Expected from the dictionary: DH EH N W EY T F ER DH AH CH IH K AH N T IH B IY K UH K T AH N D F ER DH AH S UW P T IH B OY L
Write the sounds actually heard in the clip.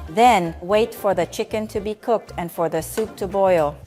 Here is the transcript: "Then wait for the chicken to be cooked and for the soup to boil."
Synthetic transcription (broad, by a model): DH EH N W EY T F ER DH AH CH IH K AH N T IH B IY K UH K T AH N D F ER DH AH S UW P T IH B OY L